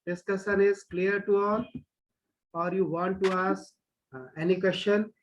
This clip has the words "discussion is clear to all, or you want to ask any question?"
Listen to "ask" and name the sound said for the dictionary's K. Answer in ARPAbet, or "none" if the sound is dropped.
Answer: none